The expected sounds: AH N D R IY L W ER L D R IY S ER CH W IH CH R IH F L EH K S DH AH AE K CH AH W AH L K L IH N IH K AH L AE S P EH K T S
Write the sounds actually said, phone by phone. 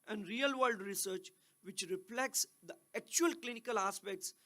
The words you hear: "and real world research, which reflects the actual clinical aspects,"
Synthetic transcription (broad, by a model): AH N D R IY L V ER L D R IY S ER CH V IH CH R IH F L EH K S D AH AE K CH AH AH L K L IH N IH K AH L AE S P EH K T S